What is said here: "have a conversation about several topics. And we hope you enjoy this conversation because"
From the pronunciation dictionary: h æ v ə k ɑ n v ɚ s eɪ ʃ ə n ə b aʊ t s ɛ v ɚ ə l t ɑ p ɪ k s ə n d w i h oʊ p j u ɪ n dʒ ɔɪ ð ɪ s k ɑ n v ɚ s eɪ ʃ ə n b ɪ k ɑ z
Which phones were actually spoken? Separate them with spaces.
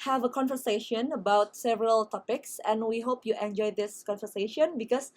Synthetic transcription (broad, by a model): h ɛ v ə k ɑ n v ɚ s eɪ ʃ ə n ə b aʊ t s ɛ v ɚ ə l t ɑ p ɪ k s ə n w i h oʊ p j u ɪ n dʒ ɔɪ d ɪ s k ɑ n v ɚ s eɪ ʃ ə n b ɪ k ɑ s